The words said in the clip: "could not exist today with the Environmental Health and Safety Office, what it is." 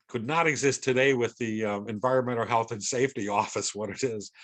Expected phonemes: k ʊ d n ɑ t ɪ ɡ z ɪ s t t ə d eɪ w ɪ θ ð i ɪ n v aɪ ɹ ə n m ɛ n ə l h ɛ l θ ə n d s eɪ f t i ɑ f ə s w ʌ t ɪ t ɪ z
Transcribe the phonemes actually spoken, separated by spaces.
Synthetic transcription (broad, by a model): k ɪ d n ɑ t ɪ ɡ z ɪ s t t ə d eɪ w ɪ ð i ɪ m v aɪ ɹ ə n m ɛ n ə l h ɛ l θ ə n s eɪ f t i ɑ f ə s w ʌ t ɪ t ɪ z